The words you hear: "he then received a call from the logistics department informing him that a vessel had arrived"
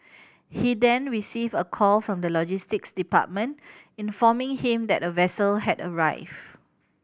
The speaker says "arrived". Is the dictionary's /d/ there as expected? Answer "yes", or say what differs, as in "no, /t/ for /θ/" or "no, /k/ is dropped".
no, /d/ is dropped